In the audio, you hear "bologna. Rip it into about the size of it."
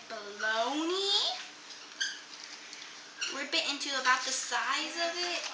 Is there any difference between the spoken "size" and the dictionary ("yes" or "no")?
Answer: no